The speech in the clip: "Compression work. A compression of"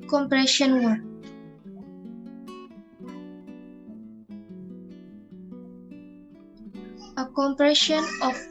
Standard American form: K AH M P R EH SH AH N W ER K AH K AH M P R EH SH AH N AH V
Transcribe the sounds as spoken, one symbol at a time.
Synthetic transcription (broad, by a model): K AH M P R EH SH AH N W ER AH K AH M P R EH SH AH N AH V